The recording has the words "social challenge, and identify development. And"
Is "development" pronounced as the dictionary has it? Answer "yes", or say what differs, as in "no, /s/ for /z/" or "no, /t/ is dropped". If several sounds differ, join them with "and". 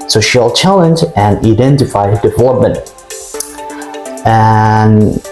yes